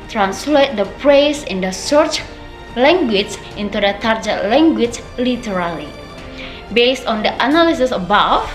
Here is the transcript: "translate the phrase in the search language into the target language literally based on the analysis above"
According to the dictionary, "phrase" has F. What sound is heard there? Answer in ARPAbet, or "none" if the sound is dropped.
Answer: P